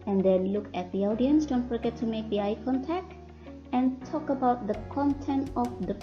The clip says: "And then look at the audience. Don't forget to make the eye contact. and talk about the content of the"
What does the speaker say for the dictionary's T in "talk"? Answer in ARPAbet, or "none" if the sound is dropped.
T